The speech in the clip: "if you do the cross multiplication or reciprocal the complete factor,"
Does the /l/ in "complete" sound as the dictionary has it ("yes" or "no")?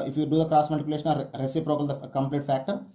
yes